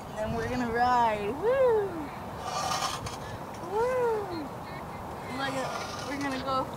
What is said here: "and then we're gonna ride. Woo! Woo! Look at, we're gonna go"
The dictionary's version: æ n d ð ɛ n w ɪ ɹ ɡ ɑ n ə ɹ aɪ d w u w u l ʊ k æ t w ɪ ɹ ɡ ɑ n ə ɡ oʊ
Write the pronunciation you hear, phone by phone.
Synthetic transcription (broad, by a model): n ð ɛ n w ɪ ɹ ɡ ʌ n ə ɹ aɪ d w u w u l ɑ ɪ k w ɪ ɹ ɡ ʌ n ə ɡ oʊ